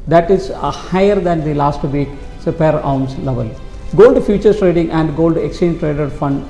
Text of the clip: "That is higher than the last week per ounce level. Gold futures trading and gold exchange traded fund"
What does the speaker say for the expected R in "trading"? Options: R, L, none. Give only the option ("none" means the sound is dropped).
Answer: R